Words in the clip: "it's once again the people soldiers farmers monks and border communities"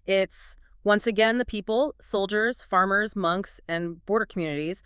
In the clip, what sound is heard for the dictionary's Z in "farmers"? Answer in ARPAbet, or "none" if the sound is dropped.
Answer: Z